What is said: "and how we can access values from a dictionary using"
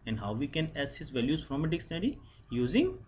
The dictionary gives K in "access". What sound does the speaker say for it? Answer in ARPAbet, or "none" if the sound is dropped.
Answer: none